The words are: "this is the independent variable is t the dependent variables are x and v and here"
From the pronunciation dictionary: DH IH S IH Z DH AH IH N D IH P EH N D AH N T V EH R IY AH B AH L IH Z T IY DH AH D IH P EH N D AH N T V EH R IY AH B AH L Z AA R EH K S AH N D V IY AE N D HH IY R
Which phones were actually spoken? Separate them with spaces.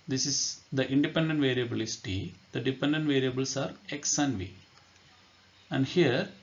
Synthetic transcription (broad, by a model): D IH S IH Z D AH IH N D IH P EH N D AH N T V EH R IY AH B AH L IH S T IY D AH D IH P EH N D AH N T V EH R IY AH B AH L S AA R EH K S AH N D V IY AE N D HH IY R